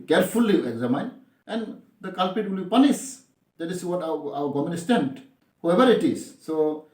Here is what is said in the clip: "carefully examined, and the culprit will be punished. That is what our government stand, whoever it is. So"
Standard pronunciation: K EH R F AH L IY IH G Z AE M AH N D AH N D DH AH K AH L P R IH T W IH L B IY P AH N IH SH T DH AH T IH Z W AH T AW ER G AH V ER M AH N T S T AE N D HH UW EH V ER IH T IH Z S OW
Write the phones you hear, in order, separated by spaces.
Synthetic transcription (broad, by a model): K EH R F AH L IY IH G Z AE M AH N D AH N D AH K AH L P IH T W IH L B IY P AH N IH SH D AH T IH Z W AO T AW ER G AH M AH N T S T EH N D HH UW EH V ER IH T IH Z S OW